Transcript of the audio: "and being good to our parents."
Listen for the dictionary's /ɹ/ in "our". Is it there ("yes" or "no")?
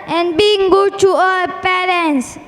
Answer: no